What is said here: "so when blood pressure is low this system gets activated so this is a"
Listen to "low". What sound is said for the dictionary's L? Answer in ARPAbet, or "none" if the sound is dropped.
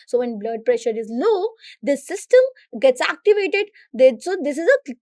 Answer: N